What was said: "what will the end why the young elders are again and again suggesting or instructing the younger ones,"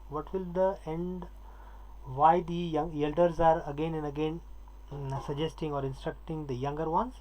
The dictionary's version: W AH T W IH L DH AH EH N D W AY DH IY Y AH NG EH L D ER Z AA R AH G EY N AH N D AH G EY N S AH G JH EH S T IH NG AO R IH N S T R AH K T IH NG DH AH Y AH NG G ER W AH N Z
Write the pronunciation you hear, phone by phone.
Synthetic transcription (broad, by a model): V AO T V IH L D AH EH N D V AY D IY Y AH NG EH L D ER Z AA R AH G EY N AH N D AH G EY N S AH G JH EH S T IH NG AO R IH N S T R AH K T IH NG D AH Y AH NG G ER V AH N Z